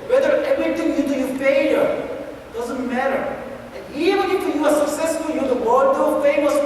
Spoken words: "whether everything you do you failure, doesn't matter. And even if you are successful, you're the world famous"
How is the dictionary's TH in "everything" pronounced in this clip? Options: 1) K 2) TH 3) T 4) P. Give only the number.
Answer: 3